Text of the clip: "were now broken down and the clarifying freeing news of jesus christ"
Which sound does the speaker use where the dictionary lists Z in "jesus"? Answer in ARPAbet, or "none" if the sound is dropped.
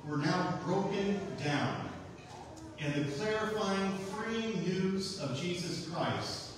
Z